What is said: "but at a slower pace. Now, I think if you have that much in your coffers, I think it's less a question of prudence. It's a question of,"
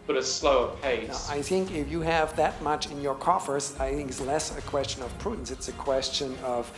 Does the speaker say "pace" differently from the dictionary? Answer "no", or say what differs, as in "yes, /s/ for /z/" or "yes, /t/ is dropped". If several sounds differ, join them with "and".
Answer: yes, /s/ is dropped